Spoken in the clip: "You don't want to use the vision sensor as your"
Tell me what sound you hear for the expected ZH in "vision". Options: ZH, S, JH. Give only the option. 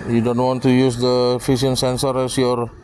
S